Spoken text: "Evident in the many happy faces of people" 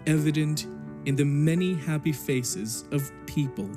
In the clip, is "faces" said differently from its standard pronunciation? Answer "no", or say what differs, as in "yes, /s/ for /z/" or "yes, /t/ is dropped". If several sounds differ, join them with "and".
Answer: no